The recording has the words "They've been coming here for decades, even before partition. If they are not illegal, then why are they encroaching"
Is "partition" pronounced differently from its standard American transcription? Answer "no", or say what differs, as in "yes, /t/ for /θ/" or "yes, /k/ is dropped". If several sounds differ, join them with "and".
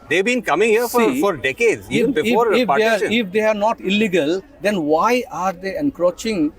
yes, /ʃ/ is dropped